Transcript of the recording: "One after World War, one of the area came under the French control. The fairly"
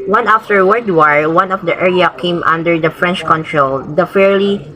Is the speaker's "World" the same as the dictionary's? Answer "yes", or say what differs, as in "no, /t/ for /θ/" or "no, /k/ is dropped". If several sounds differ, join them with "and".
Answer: no, /l/ is dropped